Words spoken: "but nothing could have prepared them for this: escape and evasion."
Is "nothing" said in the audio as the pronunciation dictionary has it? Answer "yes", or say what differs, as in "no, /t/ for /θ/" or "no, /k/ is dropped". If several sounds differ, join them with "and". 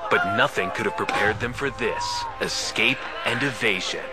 yes